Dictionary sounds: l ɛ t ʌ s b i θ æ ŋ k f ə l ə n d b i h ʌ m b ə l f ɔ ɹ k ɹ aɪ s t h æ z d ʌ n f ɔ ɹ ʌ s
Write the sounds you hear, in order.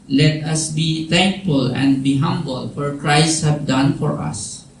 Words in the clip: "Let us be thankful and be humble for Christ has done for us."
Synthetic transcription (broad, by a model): l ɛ t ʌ s b i t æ ŋ k f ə l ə n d b i h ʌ m b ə l f ɔ ɹ k ɹ aɪ s t h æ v d ʌ n f ɔ ɹ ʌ s